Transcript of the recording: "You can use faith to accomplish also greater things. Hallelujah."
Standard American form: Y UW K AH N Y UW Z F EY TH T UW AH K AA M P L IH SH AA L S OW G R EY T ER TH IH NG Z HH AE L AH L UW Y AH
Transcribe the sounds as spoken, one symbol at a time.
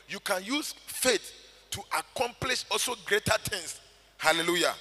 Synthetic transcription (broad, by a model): Y UW K AH N Y UW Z F EY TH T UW AH K AA M P L IH SH AA L S OW G R EY T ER T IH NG S HH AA L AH L UW Y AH